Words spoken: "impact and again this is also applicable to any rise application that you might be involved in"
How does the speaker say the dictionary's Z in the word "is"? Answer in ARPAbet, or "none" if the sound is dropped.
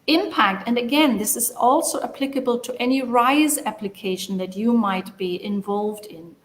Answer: Z